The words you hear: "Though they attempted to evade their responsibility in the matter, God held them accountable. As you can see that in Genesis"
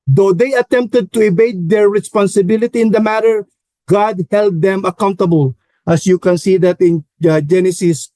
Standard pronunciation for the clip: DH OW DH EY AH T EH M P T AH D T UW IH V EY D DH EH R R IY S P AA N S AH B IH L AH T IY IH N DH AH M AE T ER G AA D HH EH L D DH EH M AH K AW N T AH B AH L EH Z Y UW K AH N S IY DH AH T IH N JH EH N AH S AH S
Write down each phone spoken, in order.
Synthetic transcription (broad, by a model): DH OW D EY AH T EH M P T AH D T UW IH B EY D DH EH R R IY S P AA N S AH B IH L AH T IY IH N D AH M AE T ER G AA D HH EH L D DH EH M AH K AW N T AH B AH L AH S Y UW K AH N S IY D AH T IH N JH EH N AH S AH S